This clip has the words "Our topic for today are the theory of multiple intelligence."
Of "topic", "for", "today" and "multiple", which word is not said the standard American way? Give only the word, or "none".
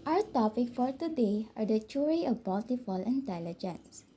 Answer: multiple